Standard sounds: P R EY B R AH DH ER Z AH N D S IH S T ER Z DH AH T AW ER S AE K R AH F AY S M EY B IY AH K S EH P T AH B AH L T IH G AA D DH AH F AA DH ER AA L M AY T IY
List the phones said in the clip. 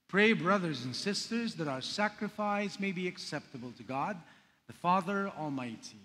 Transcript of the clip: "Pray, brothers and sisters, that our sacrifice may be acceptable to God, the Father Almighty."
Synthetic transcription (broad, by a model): P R EY B R AH DH ER Z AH N S IH S T ER Z DH AH T AW ER S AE K R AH F AY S M EY B IY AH K S EH P T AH B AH L T IH G AA D DH AH F AA DH ER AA L M AY T IY